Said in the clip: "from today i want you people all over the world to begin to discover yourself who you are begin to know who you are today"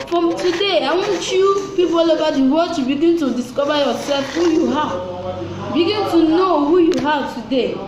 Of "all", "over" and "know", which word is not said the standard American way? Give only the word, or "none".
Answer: over